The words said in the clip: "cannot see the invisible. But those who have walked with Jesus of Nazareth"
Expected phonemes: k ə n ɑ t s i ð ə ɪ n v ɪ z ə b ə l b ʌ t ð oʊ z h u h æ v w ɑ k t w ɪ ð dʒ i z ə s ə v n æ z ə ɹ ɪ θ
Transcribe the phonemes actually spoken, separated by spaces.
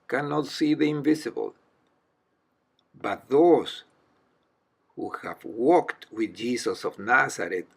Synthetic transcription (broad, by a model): k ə n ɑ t s i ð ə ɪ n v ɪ s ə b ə l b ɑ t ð oʊ s h u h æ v w ɑ k t w ɪ ð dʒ i s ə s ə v n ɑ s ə ɹ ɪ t